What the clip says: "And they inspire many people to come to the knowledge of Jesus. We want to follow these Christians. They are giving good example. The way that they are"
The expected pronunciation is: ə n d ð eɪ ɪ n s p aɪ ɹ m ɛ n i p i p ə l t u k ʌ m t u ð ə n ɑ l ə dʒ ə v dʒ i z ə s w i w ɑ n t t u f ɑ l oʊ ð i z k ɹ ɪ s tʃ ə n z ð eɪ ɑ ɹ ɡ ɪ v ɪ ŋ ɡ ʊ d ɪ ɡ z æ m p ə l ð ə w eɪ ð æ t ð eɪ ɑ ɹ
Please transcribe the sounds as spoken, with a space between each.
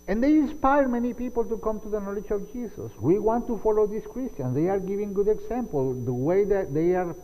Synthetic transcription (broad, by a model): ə n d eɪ ɪ n s p aɪ ɹ m ɛ n i p i p ə l t u k ʌ m t u ð ə n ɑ l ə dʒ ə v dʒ i s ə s w i w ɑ n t t u f ɑ l oʊ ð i s k ɹ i s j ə n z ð eɪ ɑ ɹ ɡ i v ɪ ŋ ɡ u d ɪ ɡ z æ m p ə l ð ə w eɪ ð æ t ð eɪ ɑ ɹ